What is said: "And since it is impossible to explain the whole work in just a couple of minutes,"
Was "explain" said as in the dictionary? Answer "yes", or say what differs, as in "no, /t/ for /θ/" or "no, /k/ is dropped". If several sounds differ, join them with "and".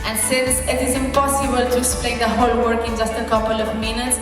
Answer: no, /k/ is dropped